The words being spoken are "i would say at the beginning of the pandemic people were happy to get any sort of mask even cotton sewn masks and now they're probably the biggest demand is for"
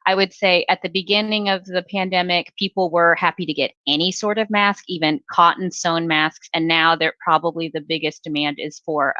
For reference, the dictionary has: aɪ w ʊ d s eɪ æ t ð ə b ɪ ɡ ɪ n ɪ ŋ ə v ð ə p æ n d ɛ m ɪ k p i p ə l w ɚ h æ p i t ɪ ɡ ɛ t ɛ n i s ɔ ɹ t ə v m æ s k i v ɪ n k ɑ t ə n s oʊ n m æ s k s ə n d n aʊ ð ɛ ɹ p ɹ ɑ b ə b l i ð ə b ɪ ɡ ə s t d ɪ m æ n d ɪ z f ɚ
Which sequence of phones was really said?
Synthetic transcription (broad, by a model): aɪ w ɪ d s eɪ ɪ t ð ə b ɪ ɡ ɪ n ɪ ŋ ə v ð ə p æ n d ɛ m ɪ k p i p l w ɚ h æ p i t ɪ ɡ ɛ t ɛ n i s ɔ ɹ t ə v m æ s k i v ɪ n k ɑ t n s oʊ n m æ s k s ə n n aʊ ð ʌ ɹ p ɹ ɑ b ə b l i ð ə b ɪ ɡ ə s d ɪ m æ n d ɪ z f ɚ